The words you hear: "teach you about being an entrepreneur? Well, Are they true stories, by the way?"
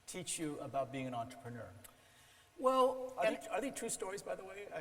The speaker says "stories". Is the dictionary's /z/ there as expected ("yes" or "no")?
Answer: yes